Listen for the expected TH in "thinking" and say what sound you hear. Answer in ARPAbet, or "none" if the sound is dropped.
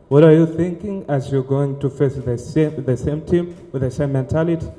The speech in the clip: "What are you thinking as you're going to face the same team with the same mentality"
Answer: TH